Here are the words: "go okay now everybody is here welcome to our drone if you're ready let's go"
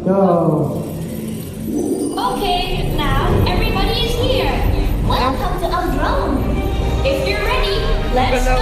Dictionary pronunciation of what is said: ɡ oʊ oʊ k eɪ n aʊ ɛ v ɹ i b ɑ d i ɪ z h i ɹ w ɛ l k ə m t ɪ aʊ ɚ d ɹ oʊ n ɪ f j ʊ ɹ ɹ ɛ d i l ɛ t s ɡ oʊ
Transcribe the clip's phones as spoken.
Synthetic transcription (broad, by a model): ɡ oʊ oʊ k eɪ n aʊ ɛ v ɹ i b ɑ d i ɪ z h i ɹ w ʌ n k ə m t ɪ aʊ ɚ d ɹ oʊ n ɪ f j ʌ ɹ ɹ ɛ d i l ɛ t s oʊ